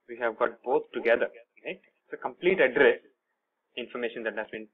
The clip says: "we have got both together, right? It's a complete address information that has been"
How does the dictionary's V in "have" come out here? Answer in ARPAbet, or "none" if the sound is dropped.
V